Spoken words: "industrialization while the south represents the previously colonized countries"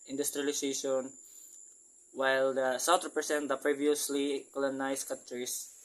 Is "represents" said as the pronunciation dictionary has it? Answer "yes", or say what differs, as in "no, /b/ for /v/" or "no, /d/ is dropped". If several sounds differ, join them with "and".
no, /s/ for /z/